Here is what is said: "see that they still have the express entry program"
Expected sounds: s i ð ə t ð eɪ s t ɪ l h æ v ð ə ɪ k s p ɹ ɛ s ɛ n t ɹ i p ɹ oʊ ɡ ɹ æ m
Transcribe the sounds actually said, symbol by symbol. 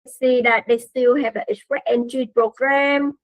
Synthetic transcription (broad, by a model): s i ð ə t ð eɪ s t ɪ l h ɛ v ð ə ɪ s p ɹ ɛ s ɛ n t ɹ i p ɹ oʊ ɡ ɹ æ m